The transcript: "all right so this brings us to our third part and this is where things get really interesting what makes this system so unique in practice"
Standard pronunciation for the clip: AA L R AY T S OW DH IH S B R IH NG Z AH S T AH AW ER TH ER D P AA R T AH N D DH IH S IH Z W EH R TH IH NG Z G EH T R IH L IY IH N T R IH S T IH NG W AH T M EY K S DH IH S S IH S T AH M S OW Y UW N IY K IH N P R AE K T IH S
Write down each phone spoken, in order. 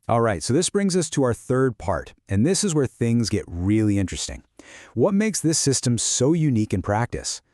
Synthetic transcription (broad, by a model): AA L R AY T S OW DH IH S B R IH NG Z AH S T AH AW ER TH ER D P AA R T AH N DH IH S IH Z W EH R TH IH NG Z G EH T R IH L IY IH N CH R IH S T IH NG W AH T M EY K S DH IH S S IH S T AH M S OW Y UW N IY K IH N P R AE K T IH S